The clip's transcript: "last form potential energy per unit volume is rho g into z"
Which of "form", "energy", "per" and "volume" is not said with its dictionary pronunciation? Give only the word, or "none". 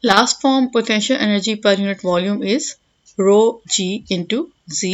none